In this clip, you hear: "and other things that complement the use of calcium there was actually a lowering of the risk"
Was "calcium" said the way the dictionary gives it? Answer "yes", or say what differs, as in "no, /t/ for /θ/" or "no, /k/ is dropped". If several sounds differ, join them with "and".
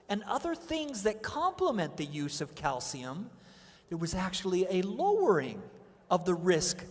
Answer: yes